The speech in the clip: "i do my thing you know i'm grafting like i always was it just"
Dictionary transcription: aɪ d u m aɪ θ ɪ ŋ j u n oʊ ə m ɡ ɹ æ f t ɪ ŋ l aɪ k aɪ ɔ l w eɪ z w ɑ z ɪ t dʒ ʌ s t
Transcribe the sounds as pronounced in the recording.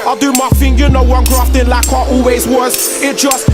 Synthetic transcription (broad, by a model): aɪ d u m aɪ f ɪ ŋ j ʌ n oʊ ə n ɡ ɹ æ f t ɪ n l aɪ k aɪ ɔ l w eɪ z w ɑ z ɪ t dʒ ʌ s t